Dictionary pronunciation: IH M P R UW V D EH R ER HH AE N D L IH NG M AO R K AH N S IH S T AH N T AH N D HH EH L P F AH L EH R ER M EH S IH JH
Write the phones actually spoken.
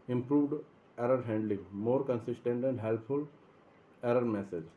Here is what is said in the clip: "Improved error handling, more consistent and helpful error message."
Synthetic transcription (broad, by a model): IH M P R UW V D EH R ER HH AE N D L IH NG M AO R K AH N S IH S T AH N T AH N D HH EH L P F AH L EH R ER M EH S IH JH